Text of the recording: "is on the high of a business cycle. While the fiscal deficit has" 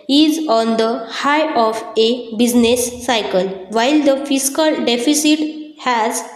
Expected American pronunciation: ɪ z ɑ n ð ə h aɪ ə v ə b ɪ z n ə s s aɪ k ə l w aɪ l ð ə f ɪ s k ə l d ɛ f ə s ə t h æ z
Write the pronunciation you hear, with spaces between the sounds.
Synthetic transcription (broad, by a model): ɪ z ɑ n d ə h aɪ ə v ə b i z n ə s s aɪ k ə l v aɪ l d ə f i s k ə l d ɛ f ə s ə t h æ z